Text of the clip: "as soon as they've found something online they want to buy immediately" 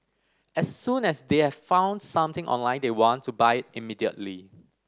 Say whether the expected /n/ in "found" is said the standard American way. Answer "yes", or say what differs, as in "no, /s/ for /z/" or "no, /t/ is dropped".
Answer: yes